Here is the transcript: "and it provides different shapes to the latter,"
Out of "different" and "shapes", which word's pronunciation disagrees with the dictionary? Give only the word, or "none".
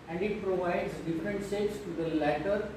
shapes